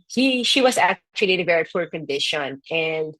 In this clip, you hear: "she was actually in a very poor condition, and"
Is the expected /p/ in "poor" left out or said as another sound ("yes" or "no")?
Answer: yes